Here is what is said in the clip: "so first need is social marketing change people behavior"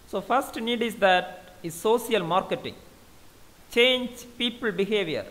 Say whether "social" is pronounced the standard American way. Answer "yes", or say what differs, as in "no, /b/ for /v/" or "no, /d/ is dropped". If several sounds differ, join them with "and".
no, /s/ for /ʃ/